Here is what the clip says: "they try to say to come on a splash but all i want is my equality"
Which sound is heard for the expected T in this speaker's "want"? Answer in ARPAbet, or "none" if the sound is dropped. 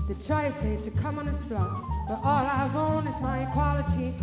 none